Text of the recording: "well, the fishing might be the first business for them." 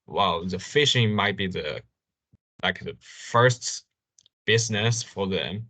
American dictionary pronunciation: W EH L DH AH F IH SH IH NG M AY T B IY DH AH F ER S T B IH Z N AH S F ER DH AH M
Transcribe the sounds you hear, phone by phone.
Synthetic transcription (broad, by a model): W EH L DH AH F IH SH IH NG M AY T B IY DH AH F ER S T B IH Z N AH S F ER DH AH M